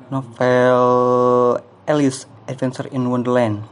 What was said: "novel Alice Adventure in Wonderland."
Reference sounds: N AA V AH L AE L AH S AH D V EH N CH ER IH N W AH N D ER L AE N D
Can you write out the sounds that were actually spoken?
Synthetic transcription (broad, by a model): N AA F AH L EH L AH S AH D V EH N S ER IH N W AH N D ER L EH N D